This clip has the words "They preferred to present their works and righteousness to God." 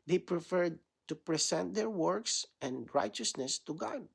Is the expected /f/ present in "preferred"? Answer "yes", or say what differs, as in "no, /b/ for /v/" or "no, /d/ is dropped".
yes